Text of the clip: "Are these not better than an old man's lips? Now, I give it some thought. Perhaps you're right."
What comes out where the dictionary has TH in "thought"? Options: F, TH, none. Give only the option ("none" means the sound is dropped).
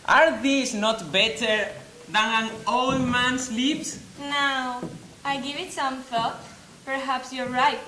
F